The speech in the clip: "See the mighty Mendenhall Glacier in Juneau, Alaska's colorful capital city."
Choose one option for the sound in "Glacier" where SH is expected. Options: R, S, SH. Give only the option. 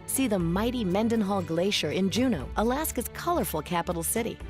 SH